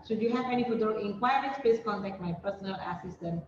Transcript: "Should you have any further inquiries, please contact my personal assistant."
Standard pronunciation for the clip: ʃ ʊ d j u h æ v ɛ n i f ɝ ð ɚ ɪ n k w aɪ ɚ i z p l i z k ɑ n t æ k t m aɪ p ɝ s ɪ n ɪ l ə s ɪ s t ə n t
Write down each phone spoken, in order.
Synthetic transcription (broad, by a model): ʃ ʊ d j u h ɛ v ɛ n i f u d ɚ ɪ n k w aɪ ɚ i s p ɛ s k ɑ n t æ k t m aɪ p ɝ s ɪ n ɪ l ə s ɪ s t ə n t